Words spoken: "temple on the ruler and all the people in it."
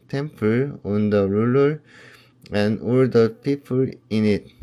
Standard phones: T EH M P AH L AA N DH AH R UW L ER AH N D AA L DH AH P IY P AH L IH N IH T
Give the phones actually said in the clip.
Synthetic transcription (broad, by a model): T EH M P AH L AA N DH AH R UW L ER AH N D AA L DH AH P IY P AH L IH N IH T